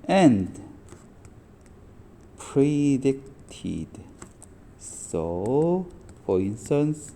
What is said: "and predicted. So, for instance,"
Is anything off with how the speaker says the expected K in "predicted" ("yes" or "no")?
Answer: no